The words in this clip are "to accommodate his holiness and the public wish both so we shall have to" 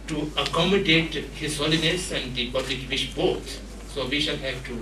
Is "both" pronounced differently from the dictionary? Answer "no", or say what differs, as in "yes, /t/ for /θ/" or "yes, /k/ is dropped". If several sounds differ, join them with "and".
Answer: yes, /t/ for /θ/